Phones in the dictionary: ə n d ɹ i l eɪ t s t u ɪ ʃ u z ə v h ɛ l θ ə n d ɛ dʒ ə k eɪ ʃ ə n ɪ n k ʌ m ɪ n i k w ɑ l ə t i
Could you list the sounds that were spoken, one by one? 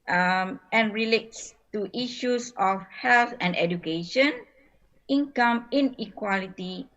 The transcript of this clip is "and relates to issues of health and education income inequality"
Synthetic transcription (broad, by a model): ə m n ɹ i l eɪ t s t u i ʃ u s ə f h ɛ l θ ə n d ɛ dʒ ə k eɪ ʃ ə n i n k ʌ m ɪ n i k w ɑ l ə t i